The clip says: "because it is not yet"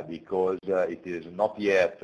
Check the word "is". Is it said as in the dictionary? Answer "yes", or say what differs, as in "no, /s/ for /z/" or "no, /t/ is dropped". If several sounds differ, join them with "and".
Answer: yes